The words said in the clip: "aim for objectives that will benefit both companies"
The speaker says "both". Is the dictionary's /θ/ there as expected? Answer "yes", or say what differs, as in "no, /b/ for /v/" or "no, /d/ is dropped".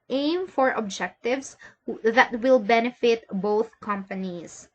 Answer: yes